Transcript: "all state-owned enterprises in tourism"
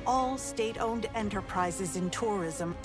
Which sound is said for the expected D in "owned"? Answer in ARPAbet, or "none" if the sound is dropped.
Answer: D